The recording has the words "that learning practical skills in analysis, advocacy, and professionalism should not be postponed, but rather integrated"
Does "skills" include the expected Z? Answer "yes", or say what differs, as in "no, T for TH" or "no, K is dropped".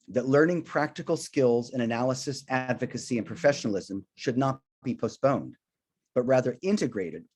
yes